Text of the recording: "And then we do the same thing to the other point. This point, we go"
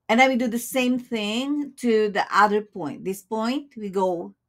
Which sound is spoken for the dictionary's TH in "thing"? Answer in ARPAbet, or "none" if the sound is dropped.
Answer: TH